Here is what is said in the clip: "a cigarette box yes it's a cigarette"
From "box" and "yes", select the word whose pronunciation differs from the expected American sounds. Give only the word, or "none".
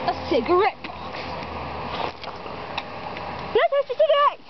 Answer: yes